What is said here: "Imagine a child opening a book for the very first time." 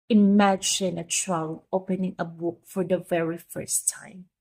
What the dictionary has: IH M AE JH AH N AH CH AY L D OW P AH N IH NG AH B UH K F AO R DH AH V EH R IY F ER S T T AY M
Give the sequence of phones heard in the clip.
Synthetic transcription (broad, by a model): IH M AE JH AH N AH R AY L OW P AH N IH NG AH B UH K F AO R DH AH V EH R IY F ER S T T AY M